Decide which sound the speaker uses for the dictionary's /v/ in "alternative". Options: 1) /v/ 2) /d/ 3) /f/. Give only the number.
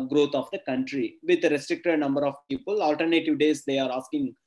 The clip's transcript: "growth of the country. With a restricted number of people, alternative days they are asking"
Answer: 1